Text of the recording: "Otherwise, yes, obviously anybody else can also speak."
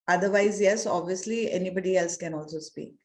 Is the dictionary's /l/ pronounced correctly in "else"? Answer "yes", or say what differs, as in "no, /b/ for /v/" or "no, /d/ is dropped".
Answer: yes